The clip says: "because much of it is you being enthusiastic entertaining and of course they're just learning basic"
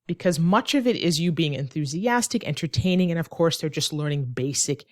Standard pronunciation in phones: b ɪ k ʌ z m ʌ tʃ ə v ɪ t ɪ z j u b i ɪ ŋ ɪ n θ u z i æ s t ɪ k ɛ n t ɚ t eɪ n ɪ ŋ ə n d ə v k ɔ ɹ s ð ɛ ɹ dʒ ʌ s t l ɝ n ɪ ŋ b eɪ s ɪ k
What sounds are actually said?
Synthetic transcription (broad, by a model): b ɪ k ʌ z m ʌ tʃ ə v ɪ t ɪ z j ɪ b i ɪ ŋ ɪ n θ u z i æ s t ɪ k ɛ n t ɚ t eɪ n ɪ ŋ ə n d ə v k ɔ ɹ s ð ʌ ɹ dʒ ʌ s t l ɝ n ɪ ŋ b eɪ s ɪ k